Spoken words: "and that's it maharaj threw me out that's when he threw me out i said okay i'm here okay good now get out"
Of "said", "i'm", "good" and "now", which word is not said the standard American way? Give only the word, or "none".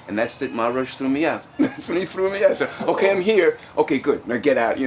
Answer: said